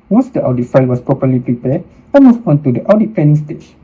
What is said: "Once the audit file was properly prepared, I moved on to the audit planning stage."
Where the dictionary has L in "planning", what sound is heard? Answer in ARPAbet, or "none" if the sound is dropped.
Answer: none